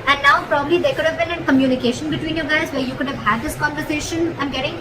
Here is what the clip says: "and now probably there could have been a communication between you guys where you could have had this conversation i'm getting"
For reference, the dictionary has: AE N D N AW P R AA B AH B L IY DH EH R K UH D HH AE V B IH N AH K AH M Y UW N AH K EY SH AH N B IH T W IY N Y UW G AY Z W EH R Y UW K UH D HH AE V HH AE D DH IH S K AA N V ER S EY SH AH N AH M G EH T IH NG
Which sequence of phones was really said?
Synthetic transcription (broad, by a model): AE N D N AW P R AA B AH B L IY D EH K UH D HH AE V B IH N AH K AH M Y UW N AH K EY SH AH N B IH T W IY N Y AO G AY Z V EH R Y UW K UH D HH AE V HH AE D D IH S K AA N V ER S EY SH AH N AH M G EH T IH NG